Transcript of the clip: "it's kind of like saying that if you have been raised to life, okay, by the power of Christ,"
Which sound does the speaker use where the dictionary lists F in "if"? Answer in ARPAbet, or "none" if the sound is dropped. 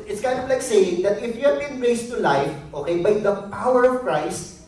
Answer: F